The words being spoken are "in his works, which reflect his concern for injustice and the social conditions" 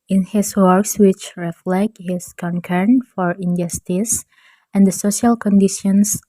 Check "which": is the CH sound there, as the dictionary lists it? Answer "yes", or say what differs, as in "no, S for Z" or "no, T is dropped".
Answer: yes